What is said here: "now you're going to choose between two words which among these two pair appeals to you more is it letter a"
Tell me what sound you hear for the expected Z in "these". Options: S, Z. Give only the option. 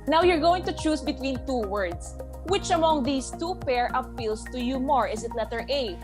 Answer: S